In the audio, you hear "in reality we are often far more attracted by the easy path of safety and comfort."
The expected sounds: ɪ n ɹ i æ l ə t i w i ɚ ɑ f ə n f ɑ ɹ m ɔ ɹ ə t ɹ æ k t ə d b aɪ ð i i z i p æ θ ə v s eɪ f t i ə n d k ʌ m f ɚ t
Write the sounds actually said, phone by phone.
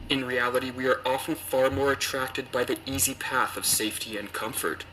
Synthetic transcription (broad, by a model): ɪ n ɹ i æ l ə t i w i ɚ ɑ f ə n f ɑ ɹ m ɔ ɹ ə t ɹ æ k t ə d b aɪ ð i i z i p æ θ ə v s eɪ f t i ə n k ʌ m f ɚ t